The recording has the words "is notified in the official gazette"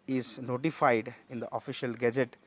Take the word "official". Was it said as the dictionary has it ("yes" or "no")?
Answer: yes